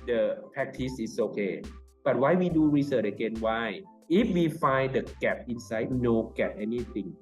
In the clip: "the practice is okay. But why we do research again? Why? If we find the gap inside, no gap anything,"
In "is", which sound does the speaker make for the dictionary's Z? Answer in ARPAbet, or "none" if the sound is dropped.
S